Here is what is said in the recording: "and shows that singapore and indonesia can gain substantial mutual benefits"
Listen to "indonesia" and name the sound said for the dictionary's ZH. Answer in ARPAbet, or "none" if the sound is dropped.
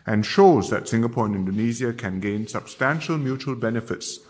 Z